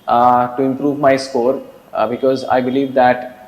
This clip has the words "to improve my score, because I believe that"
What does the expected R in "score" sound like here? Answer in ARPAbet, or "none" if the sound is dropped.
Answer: R